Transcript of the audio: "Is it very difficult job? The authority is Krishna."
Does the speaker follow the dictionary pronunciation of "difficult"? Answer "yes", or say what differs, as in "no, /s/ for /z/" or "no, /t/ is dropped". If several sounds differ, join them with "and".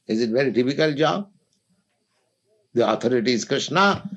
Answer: no, /p/ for /f/